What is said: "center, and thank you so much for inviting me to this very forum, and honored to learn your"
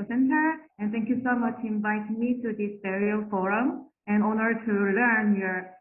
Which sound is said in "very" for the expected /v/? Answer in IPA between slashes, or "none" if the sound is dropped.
/b/